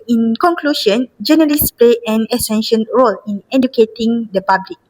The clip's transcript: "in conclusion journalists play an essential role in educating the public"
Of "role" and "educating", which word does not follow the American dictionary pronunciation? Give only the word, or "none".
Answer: none